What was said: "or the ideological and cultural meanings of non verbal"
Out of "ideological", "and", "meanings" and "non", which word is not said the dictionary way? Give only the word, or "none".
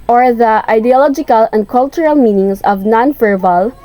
meanings